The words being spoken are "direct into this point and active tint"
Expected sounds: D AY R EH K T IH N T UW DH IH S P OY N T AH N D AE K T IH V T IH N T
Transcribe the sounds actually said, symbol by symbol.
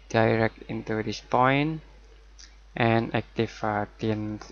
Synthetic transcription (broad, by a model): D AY R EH K T IH N T UW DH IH S P OY N T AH N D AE K T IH F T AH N